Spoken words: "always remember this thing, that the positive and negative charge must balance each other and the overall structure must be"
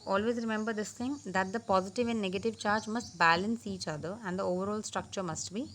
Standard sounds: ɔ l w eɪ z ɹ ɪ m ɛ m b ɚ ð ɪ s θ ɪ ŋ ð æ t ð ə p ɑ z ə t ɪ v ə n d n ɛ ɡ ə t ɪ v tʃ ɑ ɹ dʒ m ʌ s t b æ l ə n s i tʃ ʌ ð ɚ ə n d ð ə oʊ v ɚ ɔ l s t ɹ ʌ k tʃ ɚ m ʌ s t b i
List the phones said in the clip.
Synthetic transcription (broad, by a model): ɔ l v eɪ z ɹ ɪ m ɛ m b ɚ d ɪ s t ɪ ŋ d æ t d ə p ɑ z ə t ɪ v ə n d n ɛ ɡ ə t ɪ v tʃ ɑ ɹ dʒ m ʌ s t b æ l ə n s i tʃ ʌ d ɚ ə n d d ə oʊ v ɚ ɔ l s t ɹ ʌ k tʃ ɚ m ʌ s t b i